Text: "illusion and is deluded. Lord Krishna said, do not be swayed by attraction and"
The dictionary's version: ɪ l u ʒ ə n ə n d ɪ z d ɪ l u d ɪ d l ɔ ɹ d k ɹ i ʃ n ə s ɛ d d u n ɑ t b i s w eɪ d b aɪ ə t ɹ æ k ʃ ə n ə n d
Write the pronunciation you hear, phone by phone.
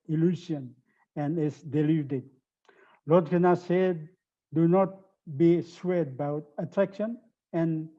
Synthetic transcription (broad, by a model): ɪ l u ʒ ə n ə n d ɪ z d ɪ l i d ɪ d l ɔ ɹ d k i n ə s ɛ d d u n ɑ t b i s w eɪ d b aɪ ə t ɹ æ k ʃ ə n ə n